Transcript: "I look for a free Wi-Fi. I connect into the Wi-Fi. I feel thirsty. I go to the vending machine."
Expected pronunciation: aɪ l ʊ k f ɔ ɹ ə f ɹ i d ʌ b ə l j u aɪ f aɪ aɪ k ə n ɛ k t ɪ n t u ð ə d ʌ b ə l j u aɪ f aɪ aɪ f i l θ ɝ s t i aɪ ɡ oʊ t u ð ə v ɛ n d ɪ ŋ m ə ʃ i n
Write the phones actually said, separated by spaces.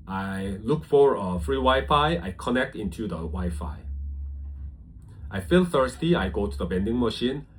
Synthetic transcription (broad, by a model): aɪ l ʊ k f ɔ ɹ ə f ɹ i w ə j f aɪ aɪ k ə n ɛ k t ɪ n t u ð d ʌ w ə j f aɪ aɪ f i l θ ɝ s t i aɪ ɡ oʊ t u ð ə b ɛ n d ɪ ŋ m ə ʃ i n